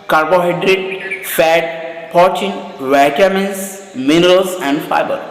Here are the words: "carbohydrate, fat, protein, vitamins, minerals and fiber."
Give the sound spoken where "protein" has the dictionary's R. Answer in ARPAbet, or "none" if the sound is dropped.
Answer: none